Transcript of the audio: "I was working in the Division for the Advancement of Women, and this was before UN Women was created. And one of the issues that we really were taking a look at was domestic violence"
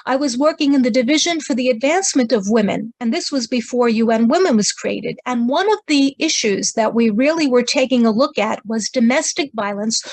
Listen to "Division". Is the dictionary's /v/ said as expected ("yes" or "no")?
yes